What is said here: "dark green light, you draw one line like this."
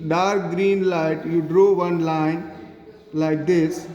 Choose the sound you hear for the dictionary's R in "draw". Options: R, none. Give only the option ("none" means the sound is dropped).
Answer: R